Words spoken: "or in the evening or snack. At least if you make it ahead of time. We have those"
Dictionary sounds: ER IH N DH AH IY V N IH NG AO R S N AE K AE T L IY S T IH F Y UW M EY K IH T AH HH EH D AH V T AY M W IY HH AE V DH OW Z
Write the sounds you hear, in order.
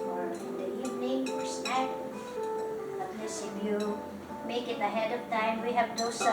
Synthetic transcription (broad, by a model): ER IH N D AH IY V N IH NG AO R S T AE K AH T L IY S IH F Y UW M EY K IH T AH HH EH D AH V T AY M W IY HH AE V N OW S